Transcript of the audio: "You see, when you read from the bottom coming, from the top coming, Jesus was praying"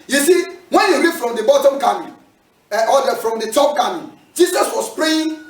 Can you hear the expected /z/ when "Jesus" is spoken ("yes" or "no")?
no